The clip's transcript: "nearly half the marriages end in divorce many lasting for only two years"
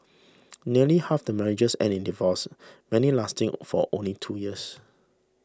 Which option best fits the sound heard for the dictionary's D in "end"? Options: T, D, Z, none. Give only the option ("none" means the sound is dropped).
none